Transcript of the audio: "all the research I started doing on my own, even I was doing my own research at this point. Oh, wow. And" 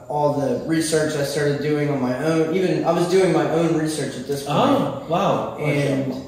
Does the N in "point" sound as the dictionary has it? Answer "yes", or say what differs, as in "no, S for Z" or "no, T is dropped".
no, N is dropped